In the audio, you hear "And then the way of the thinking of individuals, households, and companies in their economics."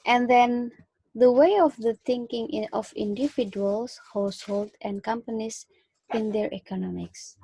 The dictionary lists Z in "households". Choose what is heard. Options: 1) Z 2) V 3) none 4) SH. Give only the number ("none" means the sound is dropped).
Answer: 3